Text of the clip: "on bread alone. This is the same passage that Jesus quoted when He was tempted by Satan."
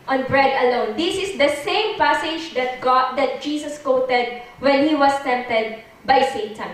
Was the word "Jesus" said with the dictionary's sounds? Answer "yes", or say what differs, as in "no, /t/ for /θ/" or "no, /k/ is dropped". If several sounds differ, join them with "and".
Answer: no, /s/ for /z/